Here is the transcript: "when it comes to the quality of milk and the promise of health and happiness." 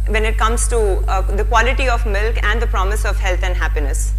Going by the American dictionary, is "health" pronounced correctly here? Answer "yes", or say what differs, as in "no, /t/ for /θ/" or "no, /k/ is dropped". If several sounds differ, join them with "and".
no, /t/ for /θ/